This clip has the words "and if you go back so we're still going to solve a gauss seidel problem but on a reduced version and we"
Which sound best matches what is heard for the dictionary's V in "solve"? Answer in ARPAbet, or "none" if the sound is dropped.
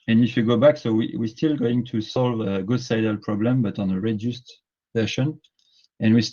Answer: V